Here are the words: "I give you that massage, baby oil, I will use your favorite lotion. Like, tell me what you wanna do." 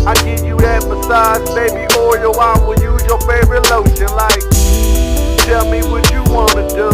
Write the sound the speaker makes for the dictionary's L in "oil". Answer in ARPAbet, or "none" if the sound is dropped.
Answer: W